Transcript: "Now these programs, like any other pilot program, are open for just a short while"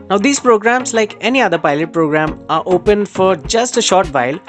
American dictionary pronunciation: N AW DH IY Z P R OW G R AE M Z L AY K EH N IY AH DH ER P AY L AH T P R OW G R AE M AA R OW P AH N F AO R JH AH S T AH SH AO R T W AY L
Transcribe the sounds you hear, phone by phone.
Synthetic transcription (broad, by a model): N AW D IY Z P R OW G R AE M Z L AY K EH N IY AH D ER P AY L AH T P R OW G R AE M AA R OW P AH N F AO R JH AH S T AH SH AO R T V AY L